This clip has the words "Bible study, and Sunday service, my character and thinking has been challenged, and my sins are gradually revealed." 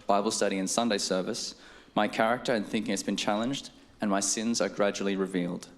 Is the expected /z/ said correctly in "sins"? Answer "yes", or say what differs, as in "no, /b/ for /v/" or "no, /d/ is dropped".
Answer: yes